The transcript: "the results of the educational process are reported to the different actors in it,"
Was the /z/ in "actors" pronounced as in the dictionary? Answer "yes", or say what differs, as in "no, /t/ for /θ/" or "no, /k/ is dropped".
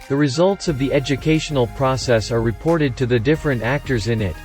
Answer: yes